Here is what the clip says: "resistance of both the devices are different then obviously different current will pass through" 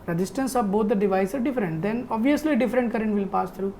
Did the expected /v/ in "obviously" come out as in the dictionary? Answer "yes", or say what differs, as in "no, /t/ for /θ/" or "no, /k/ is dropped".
yes